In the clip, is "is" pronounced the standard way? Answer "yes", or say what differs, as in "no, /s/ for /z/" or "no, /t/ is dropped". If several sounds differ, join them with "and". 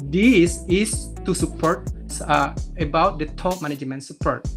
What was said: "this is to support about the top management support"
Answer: no, /s/ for /z/